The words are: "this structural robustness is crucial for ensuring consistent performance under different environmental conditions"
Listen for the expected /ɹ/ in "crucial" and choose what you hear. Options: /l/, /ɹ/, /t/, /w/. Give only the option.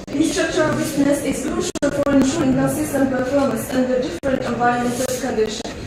/l/